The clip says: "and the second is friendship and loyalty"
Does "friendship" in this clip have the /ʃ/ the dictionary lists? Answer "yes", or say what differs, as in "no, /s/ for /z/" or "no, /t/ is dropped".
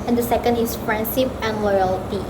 no, /s/ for /ʃ/